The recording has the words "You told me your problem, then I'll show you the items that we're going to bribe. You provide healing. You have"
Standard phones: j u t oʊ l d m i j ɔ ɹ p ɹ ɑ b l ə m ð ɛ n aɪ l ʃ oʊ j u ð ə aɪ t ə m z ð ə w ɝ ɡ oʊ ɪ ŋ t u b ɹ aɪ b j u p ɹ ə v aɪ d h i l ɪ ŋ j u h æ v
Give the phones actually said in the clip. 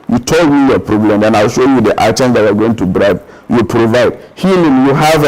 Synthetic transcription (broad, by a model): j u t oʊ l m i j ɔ p ɹ ɑ b l ə m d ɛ n aɪ l ʃ oʊ j u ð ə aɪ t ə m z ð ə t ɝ ɡ oʊ ɪ ŋ t u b ɹ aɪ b j u p ɹ ə v aɪ d h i l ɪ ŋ j u h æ v